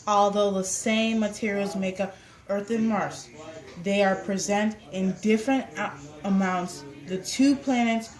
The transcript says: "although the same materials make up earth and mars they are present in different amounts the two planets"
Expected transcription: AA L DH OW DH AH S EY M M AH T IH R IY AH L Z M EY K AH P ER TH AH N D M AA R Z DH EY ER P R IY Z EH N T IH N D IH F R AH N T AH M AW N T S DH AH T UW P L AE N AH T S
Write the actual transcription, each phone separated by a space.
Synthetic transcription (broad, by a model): AA L DH OW DH AH S EY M M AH T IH R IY L Z M EY K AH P ER TH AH N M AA R S DH EY ER P R IY Z EH N T IH N D IH F R AH N T AH M AW N T S DH AH T UW P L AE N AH T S